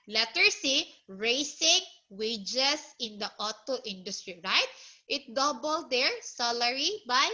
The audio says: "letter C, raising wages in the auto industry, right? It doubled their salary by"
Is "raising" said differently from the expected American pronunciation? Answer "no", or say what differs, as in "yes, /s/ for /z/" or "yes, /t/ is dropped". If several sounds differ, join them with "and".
yes, /s/ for /z/